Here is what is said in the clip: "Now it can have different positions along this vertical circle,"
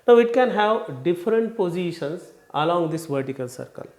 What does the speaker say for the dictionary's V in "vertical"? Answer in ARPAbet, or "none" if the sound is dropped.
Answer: V